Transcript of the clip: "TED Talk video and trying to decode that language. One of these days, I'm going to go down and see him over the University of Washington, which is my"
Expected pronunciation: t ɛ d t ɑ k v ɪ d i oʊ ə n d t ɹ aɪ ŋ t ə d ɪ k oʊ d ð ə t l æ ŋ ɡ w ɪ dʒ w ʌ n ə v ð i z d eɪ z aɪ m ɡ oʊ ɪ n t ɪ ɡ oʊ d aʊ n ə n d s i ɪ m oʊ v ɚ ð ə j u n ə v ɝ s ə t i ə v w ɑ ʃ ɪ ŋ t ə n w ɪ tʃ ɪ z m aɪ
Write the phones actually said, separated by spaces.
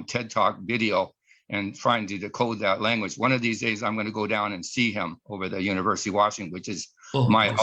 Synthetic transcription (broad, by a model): t ɛ d t ɑ k v ɪ d i oʊ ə n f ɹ aɪ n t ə d ɪ k oʊ d ð ə t l æ ŋ ɡ w ɪ dʒ w ʌ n ə v ð i z d eɪ z aɪ m ɡ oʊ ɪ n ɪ ɡ oʊ d aʊ n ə n s i ɪ m oʊ v ɚ ð ə j u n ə v ɝ s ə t i w ɑ ʃ ɪ ŋ w ɪ tʃ ɪ z m aɪ